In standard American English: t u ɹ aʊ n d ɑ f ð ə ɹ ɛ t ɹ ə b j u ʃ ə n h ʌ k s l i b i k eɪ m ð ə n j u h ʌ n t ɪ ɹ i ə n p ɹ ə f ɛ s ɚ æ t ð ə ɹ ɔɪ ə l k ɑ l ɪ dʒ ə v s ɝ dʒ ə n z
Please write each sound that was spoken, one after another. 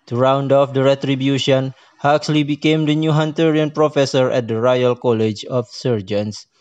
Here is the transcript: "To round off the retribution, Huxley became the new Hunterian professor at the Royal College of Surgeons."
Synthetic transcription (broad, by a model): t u ɹ aʊ n d ɑ f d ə ɹ ɛ t ɹ ə b j u ʃ ə n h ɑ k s l i b i k eɪ m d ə n j u h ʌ n t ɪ ɹ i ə n p ɹ ə f ɛ s ɚ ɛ t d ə ɹ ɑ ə l k ɑ l ɪ dʒ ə f s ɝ dʒ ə n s